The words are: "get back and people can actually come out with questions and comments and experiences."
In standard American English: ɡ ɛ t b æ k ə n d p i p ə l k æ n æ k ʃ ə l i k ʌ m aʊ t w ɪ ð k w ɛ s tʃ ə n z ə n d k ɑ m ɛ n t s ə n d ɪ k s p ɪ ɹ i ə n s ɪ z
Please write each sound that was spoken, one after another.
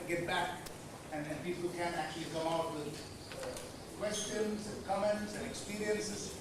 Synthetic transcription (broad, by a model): ɡ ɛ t b æ k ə n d p i p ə l k æ n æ k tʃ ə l i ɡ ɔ aʊ t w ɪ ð k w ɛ s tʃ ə n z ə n k ɑ m ɛ n t s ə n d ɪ k s p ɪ ɹ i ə n s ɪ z